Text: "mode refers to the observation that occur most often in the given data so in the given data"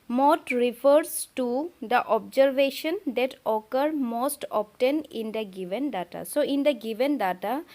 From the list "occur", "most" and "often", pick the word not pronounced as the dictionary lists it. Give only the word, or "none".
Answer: often